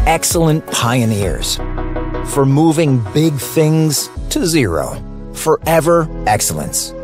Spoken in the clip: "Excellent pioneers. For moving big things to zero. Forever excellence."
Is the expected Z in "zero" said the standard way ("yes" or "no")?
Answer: yes